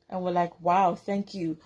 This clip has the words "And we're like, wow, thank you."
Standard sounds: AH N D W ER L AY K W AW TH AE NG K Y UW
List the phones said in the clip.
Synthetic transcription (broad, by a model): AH N W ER L AY K W AW TH AE NG K Y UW